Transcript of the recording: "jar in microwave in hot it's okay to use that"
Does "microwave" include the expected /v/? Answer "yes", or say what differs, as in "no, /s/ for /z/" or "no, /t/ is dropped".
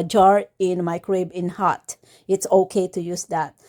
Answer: no, /b/ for /v/